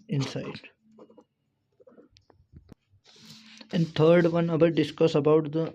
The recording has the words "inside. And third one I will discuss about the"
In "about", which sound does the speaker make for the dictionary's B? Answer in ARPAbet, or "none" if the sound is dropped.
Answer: B